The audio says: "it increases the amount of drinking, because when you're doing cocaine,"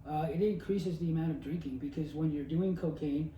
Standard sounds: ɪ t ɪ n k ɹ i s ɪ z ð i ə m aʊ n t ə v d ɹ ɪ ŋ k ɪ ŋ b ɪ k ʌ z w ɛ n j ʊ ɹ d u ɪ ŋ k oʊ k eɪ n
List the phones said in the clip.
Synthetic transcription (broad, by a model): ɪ t ɪ n k ɹ i s ɪ z ð i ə m aʊ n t ə v d ɹ ɪ ŋ k ɪ ŋ b ɪ k ʌ z w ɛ n j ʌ ɹ d u ɪ ŋ k oʊ k eɪ n